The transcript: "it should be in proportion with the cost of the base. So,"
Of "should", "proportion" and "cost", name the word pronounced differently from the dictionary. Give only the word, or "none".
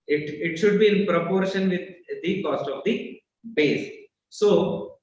none